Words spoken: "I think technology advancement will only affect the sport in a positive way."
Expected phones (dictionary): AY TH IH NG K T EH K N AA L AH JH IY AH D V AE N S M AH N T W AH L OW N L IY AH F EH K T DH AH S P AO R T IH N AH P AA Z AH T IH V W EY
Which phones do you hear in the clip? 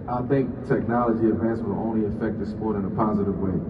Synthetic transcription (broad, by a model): AY TH IH NG K T EH K N AA L AH JH IY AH D V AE N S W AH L OW N L IY AH F EH K T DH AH S P AO R T IH N AH P AA Z AH T IH V W EY